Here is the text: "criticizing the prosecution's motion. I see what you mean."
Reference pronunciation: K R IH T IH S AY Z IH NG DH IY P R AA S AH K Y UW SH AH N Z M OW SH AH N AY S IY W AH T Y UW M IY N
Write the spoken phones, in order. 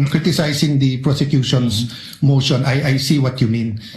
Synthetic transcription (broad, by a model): K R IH T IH S AY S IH NG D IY P R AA S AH K Y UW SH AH N S M OW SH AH N AY S IY W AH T Y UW M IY N